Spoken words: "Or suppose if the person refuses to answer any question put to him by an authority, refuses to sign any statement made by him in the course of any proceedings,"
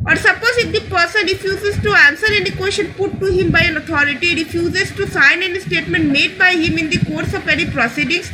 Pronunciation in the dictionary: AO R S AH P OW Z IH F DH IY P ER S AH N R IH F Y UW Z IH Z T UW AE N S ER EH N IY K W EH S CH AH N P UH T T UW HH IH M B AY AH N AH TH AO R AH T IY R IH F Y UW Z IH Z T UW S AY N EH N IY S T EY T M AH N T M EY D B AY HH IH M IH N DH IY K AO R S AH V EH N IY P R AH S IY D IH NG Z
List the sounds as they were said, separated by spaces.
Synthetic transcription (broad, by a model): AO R S AH P OW Z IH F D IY P ER S AH N R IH F Y UW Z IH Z T UW AE N S ER EH N IY K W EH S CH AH N P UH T T UW HH IH M B AY AH N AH T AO R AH T IY R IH F Y UW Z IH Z T UW S AY N EH N IY S T EY T M AH N T M EY D B AY HH IH M IH N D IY K AO R S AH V EH N IY P R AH S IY D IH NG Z